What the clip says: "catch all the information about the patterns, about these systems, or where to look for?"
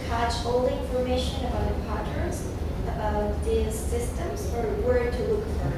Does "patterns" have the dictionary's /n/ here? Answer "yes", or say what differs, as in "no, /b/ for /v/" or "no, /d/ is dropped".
no, /n/ is dropped